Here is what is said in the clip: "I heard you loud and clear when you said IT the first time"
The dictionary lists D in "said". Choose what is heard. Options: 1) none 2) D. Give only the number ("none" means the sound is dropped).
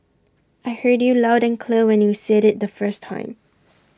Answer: 2